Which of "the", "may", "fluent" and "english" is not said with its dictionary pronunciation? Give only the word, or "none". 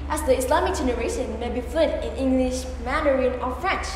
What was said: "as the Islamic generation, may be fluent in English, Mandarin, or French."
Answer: fluent